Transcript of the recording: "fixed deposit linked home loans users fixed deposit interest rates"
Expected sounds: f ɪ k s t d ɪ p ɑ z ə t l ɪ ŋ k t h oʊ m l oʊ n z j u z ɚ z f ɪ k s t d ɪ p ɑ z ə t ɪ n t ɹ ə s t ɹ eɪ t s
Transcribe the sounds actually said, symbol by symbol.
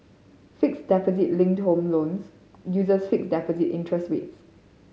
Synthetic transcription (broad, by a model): f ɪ k s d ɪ p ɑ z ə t l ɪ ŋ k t h oʊ m l oʊ n s j u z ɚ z f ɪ k s d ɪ p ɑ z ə t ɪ n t ɹ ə s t w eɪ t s